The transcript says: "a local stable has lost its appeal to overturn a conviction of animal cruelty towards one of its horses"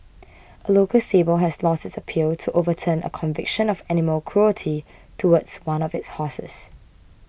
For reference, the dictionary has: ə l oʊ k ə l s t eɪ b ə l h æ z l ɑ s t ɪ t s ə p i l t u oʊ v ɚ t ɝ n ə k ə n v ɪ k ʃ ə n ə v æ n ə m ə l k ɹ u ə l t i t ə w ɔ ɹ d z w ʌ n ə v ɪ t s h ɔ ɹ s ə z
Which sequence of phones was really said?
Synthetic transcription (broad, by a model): ə l oʊ k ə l s t eɪ b ə l h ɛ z l ɑ s t ɪ t s ə p i l t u oʊ v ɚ t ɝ n ə k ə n v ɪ k ʃ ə n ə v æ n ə m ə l k ɹ u ə l t i t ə w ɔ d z w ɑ n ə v ɪ t s h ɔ s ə s